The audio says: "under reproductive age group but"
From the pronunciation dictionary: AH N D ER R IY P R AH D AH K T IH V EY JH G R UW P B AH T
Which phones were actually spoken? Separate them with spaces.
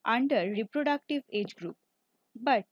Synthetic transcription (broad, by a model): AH N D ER R IY P R AH D AH K T IH V EY JH G R UW P B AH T